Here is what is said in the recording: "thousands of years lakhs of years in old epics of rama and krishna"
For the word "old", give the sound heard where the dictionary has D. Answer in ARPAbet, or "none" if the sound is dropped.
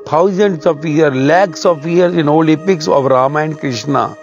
none